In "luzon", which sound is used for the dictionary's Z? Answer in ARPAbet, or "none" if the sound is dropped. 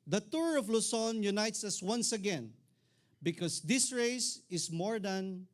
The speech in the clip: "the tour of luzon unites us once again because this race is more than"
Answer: S